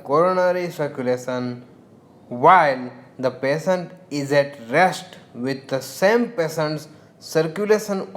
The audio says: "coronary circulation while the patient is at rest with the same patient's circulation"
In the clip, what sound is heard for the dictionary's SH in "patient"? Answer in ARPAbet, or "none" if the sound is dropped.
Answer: S